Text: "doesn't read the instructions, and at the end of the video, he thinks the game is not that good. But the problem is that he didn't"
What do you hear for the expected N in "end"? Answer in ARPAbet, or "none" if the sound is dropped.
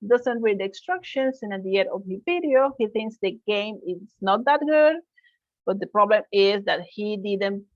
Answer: none